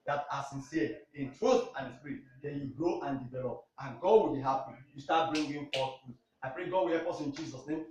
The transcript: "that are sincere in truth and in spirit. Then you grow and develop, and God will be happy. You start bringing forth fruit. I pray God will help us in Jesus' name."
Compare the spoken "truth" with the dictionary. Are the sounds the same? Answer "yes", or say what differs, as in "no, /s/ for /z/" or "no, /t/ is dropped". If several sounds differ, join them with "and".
yes